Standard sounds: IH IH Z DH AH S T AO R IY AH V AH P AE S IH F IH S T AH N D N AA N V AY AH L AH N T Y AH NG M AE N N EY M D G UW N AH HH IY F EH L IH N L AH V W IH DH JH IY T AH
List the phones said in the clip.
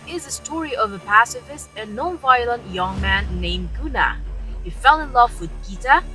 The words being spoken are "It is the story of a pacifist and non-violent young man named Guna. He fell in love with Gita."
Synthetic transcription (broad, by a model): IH IH Z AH S T AO R IY AH V AH P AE S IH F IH S AH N N AA N V AY AH L AH N T Y AH NG M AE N N EY M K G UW N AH HH IY F EH L IH N L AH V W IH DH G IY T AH